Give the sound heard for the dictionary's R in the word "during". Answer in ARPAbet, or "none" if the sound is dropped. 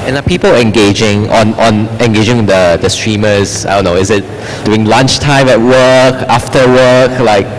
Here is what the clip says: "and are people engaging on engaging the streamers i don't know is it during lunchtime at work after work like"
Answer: none